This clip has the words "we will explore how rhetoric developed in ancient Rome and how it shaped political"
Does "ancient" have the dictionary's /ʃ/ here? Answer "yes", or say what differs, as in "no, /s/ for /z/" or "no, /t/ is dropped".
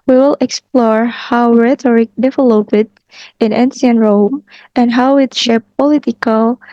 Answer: no, /s/ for /ʃ/